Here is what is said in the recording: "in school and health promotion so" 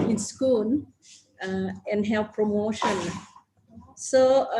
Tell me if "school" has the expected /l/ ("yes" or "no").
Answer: no